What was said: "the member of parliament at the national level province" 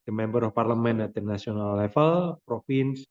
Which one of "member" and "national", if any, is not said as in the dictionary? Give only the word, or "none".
national